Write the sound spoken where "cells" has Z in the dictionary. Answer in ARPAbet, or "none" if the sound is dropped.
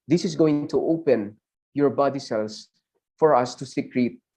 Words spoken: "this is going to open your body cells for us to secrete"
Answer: S